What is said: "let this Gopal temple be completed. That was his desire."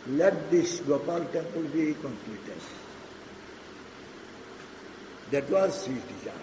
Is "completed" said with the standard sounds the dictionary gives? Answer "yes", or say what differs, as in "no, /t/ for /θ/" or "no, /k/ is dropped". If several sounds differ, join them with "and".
no, /l/ is dropped